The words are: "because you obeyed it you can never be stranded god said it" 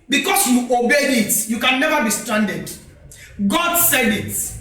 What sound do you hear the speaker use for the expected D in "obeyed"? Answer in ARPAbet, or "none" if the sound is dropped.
none